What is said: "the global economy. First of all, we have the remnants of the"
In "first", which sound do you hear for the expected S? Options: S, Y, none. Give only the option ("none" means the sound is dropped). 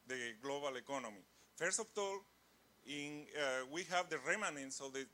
S